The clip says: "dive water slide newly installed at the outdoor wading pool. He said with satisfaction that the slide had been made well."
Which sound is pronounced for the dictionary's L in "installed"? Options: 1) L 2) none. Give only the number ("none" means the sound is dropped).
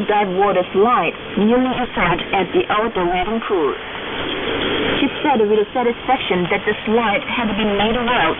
2